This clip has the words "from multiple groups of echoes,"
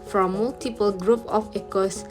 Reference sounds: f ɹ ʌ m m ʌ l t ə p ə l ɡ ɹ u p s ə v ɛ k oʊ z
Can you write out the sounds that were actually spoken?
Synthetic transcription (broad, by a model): f ɹ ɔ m m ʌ l t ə p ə l ɡ ɹ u p ə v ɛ k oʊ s